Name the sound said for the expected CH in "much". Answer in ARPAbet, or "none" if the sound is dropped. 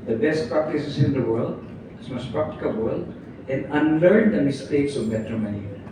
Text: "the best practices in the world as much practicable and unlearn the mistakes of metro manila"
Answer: S